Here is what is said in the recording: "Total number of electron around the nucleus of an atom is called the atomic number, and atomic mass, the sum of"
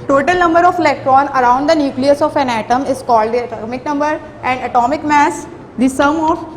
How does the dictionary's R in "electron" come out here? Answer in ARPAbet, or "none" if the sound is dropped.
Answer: R